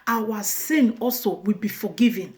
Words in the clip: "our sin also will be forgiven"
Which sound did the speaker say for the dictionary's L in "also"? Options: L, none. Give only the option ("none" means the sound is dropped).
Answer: L